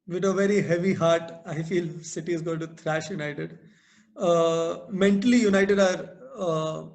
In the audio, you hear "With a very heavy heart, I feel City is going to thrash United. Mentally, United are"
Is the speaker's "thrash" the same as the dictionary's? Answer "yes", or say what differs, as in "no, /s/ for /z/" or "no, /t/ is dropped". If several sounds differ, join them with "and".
no, /t/ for /θ/